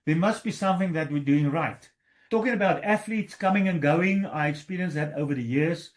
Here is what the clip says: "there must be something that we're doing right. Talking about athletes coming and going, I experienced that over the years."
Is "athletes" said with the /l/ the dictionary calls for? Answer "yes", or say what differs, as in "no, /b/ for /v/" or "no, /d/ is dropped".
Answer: yes